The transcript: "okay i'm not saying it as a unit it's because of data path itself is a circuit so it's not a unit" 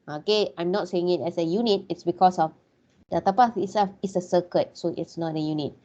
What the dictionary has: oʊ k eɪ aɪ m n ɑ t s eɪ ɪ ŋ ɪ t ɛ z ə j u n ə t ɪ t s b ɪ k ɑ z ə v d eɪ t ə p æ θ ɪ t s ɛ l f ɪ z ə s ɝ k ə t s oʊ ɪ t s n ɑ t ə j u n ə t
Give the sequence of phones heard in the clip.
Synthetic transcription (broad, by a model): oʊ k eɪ aɪ m n ɑ t s eɪ ɪ ŋ ɪ t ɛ s ə j u n ə t ɪ t s b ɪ k ɑ s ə f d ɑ t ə p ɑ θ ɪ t s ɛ f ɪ s ə s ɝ k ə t s oʊ ɪ t s n ɑ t ə j u n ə t